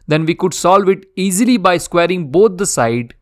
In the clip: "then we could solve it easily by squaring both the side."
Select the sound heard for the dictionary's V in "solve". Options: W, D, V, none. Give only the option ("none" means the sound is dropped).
V